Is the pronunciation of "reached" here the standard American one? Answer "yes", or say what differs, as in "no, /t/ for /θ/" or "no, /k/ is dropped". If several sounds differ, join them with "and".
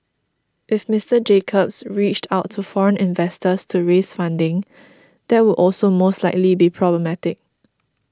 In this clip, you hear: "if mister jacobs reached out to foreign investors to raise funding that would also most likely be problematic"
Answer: yes